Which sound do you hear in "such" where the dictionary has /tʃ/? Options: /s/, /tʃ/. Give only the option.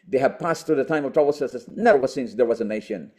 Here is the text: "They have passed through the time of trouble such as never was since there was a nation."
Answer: /s/